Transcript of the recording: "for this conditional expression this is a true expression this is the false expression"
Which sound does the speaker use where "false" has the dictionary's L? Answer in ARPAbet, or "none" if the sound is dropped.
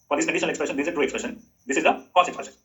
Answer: none